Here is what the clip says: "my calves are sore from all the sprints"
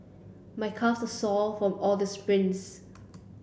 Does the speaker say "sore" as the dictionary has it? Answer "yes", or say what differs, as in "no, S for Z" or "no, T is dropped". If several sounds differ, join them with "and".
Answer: no, L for R